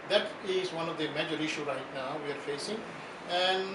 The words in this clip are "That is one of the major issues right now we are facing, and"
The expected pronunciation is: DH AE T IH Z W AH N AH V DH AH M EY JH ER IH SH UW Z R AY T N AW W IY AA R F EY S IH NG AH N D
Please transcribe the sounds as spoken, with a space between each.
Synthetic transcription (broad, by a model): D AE T IH Z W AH N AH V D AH M EY JH ER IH SH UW R AY T N AW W IY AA R F EY S IH NG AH N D